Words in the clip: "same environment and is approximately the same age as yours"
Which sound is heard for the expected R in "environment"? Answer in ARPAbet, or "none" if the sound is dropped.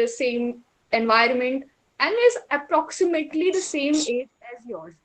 R